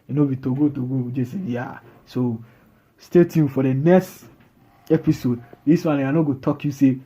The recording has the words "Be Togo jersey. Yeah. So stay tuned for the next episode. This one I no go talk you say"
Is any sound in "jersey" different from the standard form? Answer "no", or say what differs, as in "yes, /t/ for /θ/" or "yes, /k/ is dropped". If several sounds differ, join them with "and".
yes, /s/ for /z/